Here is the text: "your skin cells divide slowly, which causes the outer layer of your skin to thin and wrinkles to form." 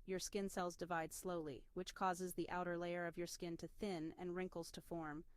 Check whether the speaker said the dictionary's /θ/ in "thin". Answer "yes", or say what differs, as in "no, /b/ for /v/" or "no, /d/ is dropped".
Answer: yes